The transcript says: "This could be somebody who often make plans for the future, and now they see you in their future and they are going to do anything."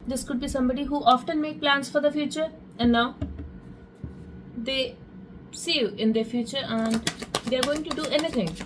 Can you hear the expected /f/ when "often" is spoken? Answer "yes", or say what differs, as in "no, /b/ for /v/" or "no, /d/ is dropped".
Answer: yes